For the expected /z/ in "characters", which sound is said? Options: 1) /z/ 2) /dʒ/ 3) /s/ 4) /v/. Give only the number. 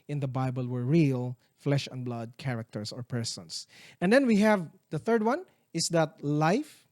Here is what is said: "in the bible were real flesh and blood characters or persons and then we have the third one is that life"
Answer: 3